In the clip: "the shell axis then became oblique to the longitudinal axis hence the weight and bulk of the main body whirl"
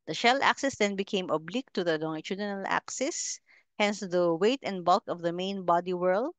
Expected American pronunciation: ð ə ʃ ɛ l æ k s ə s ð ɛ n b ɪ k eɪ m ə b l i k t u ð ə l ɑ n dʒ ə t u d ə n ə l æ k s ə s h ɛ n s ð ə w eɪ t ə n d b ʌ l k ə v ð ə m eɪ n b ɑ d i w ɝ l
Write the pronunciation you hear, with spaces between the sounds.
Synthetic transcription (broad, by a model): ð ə ʃ ɛ l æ k s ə s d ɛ n b ɪ k eɪ m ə b l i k t u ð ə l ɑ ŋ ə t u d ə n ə l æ k s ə s h ɛ n s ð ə w eɪ t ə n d b ʌ l k ə v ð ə m eɪ n b ɑ d i w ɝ l